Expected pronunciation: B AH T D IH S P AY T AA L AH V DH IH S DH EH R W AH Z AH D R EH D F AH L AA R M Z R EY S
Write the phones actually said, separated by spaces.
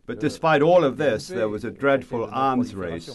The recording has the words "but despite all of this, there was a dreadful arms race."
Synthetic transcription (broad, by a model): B AH T D IH S P AY T AA L AH V DH IH S DH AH R W AH Z AH D R EH D F AH L AA R M Z R EY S